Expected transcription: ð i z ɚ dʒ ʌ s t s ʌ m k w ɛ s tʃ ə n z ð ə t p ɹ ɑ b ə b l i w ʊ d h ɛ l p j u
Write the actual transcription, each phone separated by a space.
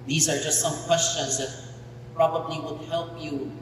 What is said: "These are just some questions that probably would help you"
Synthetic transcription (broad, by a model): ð i z ɚ dʒ ʌ s t s ʌ m k w ɛ s tʃ ə n z ð ə t p ɹ ɑ b ə b l i w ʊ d h ɛ l p j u